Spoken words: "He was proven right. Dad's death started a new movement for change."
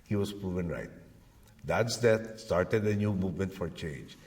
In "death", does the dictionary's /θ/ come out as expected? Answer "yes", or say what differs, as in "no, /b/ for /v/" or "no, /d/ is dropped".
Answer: no, /t/ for /θ/